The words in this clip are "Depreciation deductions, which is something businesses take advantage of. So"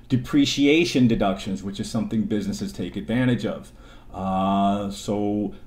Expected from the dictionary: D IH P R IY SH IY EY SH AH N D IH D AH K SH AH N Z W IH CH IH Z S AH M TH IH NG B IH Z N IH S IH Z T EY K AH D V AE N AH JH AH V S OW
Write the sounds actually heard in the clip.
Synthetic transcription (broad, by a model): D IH P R IY SH IY EY SH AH N D IH D AH K SH AH N Z W IH CH IH Z S AH M TH IH NG B IH Z N IH S IH Z T EY K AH D V AE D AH JH AH V S OW